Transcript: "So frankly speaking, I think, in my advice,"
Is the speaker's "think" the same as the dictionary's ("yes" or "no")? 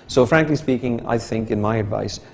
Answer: yes